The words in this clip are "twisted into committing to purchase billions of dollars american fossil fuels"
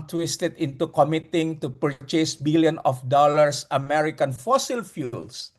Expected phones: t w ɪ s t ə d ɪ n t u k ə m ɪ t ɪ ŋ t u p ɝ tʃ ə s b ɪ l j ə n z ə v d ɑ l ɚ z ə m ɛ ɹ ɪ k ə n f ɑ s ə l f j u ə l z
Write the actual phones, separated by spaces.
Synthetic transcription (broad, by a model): t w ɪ s t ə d ɪ n t u k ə m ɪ t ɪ ŋ t u p ɝ tʃ ə s b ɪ l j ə n ə f d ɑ l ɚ s ə m ɛ ɹ ɪ k ə n f ɑ s ə l f j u l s